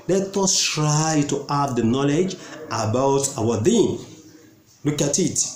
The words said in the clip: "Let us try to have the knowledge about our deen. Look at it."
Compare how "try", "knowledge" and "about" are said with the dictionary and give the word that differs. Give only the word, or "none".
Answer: none